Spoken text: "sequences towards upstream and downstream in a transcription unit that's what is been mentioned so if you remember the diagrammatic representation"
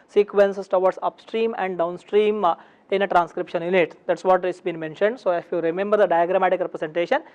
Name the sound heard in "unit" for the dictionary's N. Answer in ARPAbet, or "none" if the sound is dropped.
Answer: L